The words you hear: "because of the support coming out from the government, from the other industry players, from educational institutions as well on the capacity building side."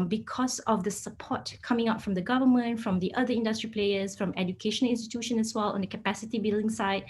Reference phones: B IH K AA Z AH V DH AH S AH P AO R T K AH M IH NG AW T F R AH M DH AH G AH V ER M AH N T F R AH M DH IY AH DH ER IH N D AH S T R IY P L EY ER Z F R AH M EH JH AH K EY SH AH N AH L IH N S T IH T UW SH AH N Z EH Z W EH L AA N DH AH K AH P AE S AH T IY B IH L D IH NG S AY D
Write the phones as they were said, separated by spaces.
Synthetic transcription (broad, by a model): B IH K AA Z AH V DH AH S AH P AO T K AH M IH NG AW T F R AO M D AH G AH V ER M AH N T F R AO M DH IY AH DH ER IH N D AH S T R IY P L EY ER S F R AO M EH JH AH K EY SH AH N AH L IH N S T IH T UW SH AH N EH S W EH L AA N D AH K AH P AE S AH T IY B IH L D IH NG S AY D